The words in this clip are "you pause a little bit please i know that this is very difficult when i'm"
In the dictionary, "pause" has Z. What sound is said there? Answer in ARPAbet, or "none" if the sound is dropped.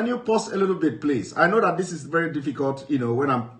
S